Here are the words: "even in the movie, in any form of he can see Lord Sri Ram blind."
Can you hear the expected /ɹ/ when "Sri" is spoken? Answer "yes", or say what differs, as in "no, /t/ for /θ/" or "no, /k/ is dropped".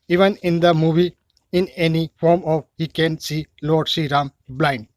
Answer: no, /ɹ/ is dropped